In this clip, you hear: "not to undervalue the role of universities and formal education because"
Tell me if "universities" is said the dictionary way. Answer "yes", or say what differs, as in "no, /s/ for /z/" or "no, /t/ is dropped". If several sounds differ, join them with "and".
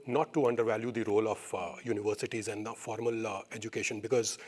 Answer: yes